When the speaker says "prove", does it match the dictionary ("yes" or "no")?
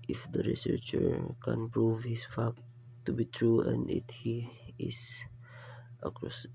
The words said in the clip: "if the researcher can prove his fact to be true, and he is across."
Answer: yes